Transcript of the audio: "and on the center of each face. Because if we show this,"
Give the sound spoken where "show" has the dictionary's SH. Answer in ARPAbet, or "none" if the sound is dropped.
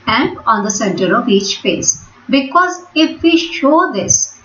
SH